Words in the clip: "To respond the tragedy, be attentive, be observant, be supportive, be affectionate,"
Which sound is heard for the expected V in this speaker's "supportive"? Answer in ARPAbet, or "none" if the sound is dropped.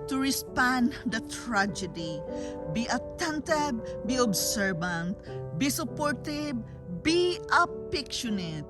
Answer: B